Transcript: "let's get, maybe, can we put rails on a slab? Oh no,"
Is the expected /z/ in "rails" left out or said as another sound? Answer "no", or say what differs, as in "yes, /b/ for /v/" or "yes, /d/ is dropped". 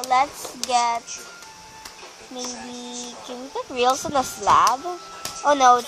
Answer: yes, /s/ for /z/